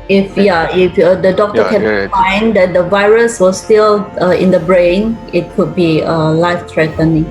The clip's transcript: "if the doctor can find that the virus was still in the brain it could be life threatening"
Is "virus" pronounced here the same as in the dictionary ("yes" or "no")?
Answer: yes